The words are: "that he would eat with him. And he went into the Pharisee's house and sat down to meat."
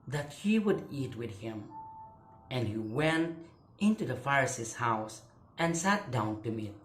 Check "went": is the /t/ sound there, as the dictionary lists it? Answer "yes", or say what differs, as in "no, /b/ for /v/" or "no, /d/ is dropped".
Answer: yes